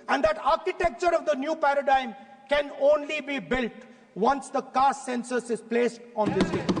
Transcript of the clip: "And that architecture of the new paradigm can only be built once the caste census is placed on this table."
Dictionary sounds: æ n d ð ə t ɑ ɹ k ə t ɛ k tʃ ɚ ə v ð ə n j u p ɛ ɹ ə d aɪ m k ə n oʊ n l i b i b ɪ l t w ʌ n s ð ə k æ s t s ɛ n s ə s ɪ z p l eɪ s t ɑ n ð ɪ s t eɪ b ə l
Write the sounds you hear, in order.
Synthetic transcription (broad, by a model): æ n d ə t ɑ ɹ k ə t ɛ k tʃ ɚ ə v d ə n j u p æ ɹ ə d aɪ m k ə n oʊ n l i b i b ɪ l t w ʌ n s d ə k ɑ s s ɛ n s ə s ɪ z p l eɪ s t ɑ n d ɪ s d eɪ